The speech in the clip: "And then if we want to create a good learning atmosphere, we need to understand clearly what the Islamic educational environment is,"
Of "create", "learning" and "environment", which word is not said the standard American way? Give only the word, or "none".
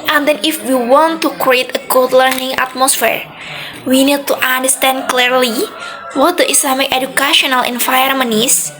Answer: environment